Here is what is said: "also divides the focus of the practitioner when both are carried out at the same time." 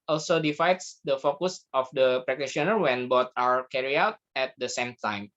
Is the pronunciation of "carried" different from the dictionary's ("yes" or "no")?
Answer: yes